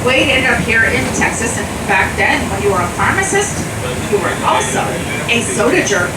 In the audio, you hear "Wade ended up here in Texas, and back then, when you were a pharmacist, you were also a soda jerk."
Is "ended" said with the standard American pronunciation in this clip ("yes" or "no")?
no